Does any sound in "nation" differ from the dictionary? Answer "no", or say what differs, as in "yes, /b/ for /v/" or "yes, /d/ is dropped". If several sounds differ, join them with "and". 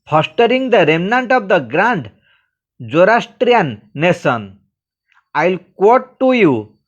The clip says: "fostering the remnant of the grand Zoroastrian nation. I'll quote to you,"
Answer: yes, /s/ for /ʃ/